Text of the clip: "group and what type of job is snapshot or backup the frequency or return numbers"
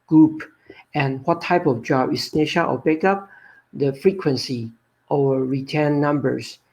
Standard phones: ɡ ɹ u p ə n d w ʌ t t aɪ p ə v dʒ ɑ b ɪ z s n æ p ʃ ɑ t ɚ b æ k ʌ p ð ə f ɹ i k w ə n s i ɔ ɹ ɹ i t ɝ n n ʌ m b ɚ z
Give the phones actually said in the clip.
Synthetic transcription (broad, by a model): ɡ ɹ u p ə n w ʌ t t aɪ p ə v dʒ ɑ b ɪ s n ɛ ʃ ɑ t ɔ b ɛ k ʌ p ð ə f ɹ i k w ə n s i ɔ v ɹ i t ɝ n n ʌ m b ɚ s